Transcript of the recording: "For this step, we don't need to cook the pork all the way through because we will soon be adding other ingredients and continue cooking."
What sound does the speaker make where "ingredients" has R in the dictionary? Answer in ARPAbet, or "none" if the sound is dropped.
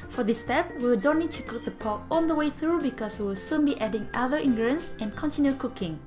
none